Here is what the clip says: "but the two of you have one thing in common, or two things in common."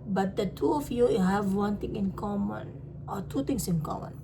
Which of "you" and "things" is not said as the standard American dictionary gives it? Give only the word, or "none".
things